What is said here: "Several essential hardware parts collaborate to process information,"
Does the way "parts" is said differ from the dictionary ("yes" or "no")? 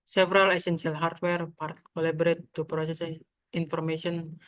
yes